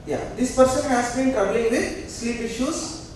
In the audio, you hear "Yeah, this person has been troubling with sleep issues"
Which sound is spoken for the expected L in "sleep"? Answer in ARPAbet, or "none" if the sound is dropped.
L